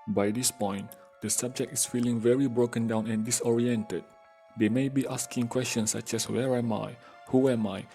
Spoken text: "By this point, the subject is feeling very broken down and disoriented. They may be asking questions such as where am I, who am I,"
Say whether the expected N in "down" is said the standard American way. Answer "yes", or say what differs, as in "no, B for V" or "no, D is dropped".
yes